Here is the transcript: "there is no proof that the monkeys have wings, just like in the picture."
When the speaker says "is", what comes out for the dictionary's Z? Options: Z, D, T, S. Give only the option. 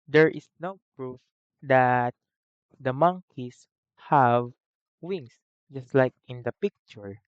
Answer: S